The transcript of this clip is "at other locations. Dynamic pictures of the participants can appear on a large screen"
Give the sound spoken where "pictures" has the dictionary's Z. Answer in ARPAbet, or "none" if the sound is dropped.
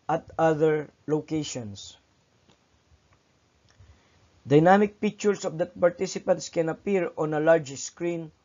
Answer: S